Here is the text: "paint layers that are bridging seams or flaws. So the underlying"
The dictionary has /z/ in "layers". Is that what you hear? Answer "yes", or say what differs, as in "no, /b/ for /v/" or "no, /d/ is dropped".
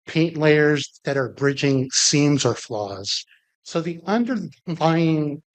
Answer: yes